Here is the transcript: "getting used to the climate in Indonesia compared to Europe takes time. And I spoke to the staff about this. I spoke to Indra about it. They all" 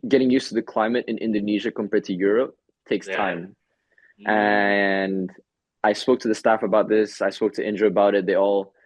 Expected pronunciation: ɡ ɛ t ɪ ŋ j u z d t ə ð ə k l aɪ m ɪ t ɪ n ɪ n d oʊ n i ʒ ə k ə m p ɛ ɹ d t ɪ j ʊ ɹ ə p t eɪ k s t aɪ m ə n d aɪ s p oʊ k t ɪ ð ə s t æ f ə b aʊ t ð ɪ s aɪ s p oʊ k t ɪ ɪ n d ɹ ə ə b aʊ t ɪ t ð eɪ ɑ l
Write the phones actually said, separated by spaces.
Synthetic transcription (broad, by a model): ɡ ɛ t ɪ ŋ j u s t ə ð ə k l aɪ m ɪ t ɪ n ɪ n d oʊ n i ʒ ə k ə m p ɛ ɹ t ɪ j ʊ ɹ ə p t eɪ k s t aɪ m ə n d aɪ s p oʊ k t ɪ ð ə s t æ f ə b aʊ t ð ɪ s aɪ s p oʊ k t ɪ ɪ n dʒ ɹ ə ə b aʊ t ɪ t ð eɪ ɑ l